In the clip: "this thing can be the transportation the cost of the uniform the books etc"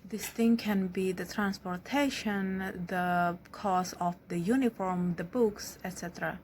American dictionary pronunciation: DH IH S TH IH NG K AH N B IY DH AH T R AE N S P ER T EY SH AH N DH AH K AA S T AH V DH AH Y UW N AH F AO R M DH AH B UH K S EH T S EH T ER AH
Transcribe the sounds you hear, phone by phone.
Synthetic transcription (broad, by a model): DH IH S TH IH NG K AH N B IY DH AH T R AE N S P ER T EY SH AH N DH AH K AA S AH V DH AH Y UW N AH F AO R M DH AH B UH K S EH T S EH T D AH